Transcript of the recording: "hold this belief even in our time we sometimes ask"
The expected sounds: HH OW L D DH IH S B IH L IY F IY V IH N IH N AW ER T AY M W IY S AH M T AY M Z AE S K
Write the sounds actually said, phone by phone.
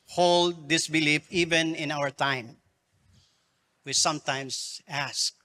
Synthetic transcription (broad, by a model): HH OW L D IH S B IH L IY F IY V IH N IH N AW ER T AY M W IY S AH M T AY M S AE S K